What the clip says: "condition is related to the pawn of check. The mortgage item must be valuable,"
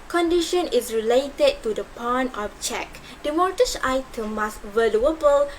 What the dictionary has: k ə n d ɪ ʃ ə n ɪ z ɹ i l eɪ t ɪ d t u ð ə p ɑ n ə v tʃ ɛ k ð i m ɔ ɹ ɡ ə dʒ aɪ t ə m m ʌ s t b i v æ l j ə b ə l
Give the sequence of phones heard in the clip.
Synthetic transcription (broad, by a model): k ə n d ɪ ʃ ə n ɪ s ɹ i l eɪ t ɪ d t u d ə p ɑ n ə f tʃ ɛ k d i m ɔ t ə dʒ aɪ t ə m m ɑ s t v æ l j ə b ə l